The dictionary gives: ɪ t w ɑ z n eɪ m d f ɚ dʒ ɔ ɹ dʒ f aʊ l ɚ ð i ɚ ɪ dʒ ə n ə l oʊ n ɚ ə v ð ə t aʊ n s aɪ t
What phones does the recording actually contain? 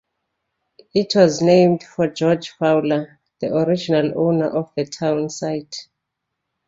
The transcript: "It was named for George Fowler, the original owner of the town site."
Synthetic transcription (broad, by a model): ɪ t w ɑ z n eɪ m d f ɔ dʒ ɔ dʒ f aʊ l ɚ ð i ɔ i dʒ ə n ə l oʊ n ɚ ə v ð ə t aʊ n s aɪ t